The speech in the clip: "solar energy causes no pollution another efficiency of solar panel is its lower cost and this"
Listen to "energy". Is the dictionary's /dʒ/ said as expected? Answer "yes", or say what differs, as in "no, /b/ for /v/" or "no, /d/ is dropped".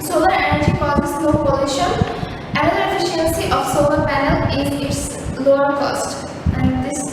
yes